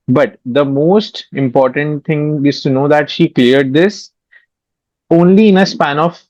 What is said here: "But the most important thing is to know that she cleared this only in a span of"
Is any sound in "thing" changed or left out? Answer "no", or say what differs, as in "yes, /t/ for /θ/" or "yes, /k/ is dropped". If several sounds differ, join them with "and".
yes, /t/ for /θ/